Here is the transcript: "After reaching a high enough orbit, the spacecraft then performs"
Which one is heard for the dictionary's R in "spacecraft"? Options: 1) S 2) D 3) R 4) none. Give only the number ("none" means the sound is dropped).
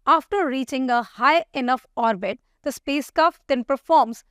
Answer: 4